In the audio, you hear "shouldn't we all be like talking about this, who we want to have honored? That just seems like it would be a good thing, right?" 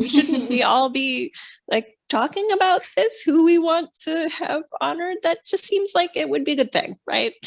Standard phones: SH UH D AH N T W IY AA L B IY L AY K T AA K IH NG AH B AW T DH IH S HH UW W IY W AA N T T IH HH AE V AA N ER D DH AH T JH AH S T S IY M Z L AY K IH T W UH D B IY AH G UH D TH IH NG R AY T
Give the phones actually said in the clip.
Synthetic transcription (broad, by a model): SH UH D N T W IY AA L B IY L AY K T AA K IH NG AH B AW T DH IH S HH UW W IY W AA N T T IH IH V AA N ER D DH AH T JH AH S T S IY M Z L AY K IH T W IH D B IY AH G UH D TH IH NG R AY T